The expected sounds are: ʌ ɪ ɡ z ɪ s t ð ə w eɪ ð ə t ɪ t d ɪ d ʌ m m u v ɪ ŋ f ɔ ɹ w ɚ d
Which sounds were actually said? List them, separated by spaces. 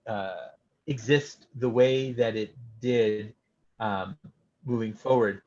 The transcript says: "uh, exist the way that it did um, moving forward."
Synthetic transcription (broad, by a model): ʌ ɪ ɡ z ɪ s t ð ə w eɪ ð ə t ɪ t d ɪ d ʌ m m u v ɪ ŋ f ɔ ɹ w ɚ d